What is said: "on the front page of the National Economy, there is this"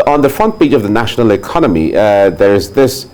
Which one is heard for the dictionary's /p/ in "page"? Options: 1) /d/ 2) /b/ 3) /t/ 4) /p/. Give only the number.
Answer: 2